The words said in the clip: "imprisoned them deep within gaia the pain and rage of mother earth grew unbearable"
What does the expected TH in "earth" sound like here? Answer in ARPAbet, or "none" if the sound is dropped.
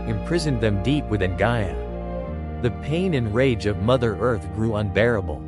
TH